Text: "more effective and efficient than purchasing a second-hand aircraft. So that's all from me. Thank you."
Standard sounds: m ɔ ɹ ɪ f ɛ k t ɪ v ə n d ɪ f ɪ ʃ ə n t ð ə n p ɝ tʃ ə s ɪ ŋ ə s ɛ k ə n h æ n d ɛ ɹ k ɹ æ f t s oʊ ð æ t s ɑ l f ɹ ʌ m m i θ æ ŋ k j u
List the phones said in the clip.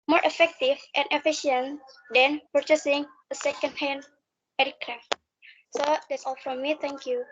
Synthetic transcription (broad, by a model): m ɔ ɹ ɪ f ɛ k t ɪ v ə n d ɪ f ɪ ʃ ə n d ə n p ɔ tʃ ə s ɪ ŋ ə s ɛ k ə n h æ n ɛ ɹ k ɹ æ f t s oʊ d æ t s ɑ l f ɹ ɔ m m i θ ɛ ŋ k j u